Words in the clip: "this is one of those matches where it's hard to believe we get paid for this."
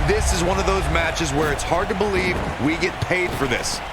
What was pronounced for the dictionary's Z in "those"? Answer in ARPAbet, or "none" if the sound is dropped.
Z